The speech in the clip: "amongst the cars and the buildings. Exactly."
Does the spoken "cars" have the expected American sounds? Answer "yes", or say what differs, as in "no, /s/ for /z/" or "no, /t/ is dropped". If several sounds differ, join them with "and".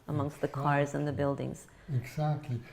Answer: yes